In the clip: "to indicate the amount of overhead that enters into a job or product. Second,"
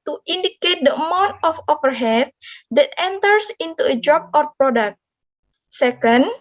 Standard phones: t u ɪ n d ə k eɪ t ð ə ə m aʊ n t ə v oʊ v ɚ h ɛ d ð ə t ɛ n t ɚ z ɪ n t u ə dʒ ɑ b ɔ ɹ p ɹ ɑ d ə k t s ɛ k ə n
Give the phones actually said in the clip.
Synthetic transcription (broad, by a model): t u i n d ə k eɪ t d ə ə m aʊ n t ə f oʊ p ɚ h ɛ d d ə t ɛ n t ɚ s ɪ n t u ə dʒ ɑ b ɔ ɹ p ɹ ɑ d ə k t s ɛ k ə n